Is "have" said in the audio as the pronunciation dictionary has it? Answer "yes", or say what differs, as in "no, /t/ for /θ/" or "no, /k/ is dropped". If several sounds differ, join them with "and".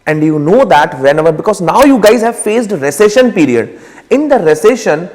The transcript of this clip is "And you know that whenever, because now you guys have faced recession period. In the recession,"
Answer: yes